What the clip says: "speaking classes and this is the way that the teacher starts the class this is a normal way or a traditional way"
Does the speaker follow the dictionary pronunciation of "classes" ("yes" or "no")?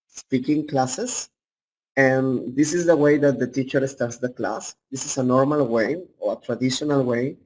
no